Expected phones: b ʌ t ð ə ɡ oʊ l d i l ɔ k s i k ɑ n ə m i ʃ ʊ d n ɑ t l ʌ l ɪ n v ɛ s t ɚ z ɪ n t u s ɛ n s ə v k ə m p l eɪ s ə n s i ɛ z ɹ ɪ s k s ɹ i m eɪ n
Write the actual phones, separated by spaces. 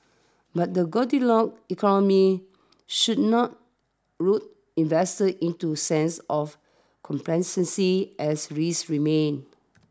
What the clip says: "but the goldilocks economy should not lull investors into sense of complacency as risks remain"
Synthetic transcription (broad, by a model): b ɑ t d ə ɡ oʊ d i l ɔ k i k ɑ n ə m i ʃ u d n ɑ t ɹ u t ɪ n v ɛ s t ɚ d ɪ n t u s ɛ n s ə f k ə m p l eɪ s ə n s i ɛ s ɹ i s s ɹ i m eɪ n